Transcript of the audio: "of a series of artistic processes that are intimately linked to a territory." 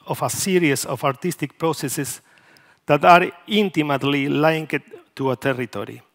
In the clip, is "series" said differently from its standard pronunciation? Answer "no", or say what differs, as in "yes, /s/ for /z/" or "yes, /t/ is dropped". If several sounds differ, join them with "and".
yes, /s/ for /z/